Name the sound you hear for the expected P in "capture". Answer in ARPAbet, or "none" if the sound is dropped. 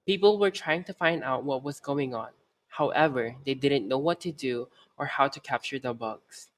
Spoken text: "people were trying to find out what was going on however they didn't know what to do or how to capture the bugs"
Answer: P